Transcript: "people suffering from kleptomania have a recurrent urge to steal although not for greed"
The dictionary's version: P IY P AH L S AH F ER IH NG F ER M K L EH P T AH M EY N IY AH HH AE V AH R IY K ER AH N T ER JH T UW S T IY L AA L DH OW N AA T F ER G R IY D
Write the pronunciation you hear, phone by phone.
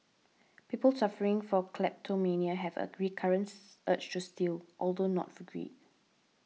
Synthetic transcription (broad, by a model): P IY P AH L S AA F ER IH NG F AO K L EH P T AH M EY N IY AH HH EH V AH R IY K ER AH N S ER CH T UW S T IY L AA L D OW N AA T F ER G R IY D